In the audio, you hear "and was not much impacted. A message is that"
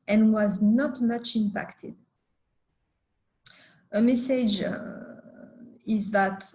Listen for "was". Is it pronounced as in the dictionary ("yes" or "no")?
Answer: yes